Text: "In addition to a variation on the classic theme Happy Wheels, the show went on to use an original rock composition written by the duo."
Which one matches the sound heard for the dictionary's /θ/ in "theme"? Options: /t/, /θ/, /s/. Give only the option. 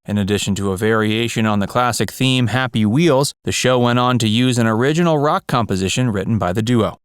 /θ/